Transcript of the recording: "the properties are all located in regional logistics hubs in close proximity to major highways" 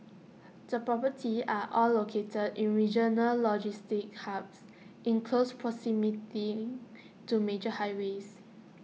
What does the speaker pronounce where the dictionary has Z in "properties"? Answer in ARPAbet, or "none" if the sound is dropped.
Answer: none